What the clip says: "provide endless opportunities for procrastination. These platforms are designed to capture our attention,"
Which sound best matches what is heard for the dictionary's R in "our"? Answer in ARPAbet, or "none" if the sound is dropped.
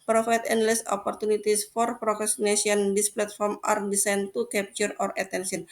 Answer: R